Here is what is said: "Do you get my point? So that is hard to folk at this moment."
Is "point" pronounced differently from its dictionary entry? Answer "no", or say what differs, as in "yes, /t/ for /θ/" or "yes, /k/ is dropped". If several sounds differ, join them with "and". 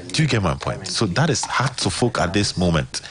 no